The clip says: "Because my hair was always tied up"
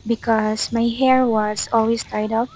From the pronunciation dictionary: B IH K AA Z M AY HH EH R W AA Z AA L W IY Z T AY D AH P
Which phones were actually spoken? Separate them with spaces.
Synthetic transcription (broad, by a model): B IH K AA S M AY HH EH R W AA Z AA L W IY S T AY D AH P